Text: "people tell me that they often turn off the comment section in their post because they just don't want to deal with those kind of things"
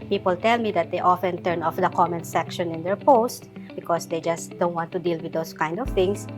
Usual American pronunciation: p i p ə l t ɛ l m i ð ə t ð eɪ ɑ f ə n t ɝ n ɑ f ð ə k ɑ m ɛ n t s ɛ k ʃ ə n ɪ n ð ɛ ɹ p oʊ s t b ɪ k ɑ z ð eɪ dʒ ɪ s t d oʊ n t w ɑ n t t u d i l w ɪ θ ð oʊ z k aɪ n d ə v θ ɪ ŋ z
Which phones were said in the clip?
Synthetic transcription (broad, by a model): p i p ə l t ɛ l m i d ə t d eɪ ɑ f ə n t ɝ n ɑ f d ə k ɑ m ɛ n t s ɛ k ʃ ə n ɪ n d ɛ ɹ p oʊ s t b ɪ k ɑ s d eɪ dʒ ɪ s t d oʊ n t w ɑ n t t u d i l w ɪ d oʊ s k aɪ n d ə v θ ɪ ŋ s